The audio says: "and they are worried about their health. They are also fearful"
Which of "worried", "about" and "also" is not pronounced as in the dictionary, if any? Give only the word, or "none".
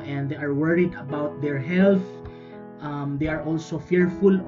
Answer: none